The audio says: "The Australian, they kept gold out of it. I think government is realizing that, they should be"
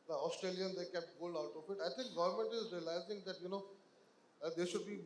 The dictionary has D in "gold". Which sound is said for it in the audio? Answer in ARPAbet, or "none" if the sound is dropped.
none